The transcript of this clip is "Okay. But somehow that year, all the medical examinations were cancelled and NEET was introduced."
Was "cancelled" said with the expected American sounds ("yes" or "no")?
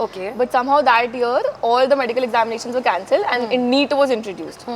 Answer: yes